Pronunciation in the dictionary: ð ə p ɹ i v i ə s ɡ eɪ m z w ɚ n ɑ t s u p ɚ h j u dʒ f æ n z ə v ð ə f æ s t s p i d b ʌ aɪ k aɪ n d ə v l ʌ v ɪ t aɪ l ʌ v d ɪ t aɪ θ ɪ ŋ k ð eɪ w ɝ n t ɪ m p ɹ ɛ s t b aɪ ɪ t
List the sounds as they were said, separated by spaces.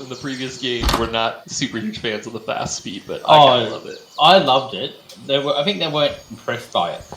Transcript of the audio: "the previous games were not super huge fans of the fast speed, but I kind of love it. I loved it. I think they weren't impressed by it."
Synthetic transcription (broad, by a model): ð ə p ɹ i v i ə s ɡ eɪ m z w ɚ n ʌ t s u p ɚ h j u ʒ f æ n z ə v ð ə f æ s t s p i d b ʌ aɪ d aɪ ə l ʌ v ɪ t aɪ l ʌ v d ɪ t aɪ θ ɪ ŋ k ð eɪ w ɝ n t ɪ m p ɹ ɛ s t b aɪ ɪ t